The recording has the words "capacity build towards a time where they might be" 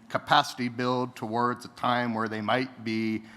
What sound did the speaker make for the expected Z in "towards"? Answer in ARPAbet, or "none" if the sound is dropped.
Z